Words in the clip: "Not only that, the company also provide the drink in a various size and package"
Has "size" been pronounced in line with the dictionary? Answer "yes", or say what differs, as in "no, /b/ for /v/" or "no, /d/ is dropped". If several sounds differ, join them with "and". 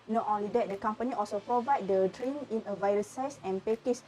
no, /s/ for /z/